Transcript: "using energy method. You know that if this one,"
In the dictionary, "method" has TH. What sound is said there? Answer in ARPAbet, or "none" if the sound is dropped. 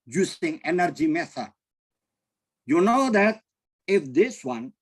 S